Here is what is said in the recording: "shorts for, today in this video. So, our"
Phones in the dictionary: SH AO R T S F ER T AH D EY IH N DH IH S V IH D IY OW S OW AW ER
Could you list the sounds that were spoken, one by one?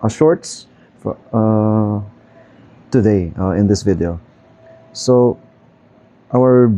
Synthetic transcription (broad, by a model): SH AO R T S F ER T AH D EY IH N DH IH S V IH D IY OW S OW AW ER